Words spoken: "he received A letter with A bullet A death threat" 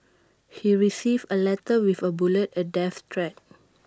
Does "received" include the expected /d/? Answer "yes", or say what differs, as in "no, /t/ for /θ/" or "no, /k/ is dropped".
no, /d/ is dropped